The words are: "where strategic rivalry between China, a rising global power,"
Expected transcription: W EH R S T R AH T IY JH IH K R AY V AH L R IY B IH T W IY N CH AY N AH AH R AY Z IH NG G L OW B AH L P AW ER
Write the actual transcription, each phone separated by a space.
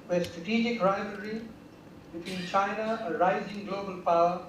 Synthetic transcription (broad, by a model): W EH S T R AH T IY JH IH K R AY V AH R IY B IH T W IY N CH AY N AH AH R AY Z IH NG G L OW B AH L P AW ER